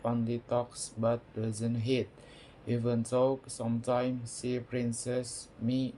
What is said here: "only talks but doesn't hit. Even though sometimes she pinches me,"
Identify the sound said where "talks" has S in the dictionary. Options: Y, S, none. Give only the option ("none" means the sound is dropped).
S